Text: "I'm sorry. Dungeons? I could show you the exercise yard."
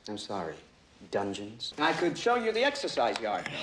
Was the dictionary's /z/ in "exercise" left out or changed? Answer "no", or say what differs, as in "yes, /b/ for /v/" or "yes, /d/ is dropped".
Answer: no